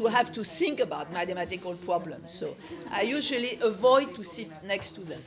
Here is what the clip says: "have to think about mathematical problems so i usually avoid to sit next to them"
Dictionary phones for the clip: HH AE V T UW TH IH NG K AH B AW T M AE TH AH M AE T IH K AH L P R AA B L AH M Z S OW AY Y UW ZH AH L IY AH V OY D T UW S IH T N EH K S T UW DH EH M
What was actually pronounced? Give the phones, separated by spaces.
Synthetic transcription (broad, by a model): HH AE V T UW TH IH NG K AH B AW T M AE T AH M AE T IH K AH L P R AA B L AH M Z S OW AY Y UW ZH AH L IY AH V OY D T UW S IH T N EH K S T UW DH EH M